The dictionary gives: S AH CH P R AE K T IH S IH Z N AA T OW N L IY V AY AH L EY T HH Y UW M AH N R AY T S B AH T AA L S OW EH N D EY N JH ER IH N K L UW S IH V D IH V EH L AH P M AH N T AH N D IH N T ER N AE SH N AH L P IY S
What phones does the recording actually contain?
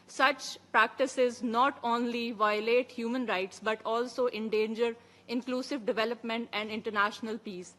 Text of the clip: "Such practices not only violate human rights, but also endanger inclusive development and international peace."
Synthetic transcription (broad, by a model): S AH CH P R AE K T IH S IH Z N AA T OW N L IY V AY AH L EY T HH Y UW M AH N R AY T S B AH T AA L S OW EH N D EY N JH ER IH N K L UW S IH V D IH V EH L AH P M AH N T AH N D IH N T ER N AE SH N AH L P IY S